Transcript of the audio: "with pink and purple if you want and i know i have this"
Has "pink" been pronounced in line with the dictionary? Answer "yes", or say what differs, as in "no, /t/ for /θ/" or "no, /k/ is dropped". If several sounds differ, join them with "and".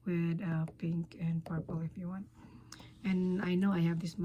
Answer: yes